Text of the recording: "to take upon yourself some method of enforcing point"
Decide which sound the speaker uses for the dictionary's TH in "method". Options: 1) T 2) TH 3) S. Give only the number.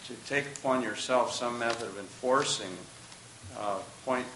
2